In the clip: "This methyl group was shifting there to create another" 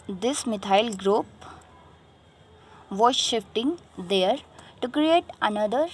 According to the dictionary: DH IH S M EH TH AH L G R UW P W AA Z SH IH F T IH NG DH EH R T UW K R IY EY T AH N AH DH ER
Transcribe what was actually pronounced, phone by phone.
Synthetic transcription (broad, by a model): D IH S M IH T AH L G R UW P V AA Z SH IH F T IH NG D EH R T UW K R IY EY T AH N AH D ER